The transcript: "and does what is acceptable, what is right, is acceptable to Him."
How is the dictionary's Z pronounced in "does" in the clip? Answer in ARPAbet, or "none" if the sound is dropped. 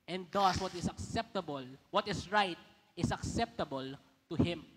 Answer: S